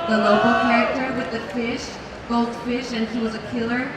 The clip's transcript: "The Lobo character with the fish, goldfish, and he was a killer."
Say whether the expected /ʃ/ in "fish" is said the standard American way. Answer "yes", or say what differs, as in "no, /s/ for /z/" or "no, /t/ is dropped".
yes